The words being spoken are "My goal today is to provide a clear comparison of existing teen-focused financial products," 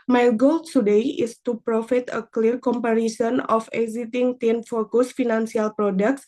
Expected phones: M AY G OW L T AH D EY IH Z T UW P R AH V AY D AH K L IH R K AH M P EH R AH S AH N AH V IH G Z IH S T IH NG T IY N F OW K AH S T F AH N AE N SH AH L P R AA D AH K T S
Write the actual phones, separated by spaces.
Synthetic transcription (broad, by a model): M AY G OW L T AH D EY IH S T UW P R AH F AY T AH K L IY R K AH M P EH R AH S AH N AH F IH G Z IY T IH NG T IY N F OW K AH S F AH N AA N S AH L P R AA D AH K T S